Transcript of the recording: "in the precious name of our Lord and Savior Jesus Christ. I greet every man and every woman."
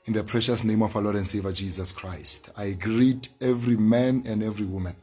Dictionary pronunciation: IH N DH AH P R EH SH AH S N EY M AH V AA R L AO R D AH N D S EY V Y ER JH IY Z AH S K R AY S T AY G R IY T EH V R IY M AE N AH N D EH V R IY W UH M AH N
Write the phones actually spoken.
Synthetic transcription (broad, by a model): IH N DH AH P R EH SH AH S N EY M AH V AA L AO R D AH N D S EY V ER JH IY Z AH S K R AY S T AY G R IY T EH V R IY M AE N AH N D EH V R IY W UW M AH N